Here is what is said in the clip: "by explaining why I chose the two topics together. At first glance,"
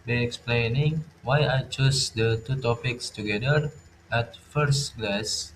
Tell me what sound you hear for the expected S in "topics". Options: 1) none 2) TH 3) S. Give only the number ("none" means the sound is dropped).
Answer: 3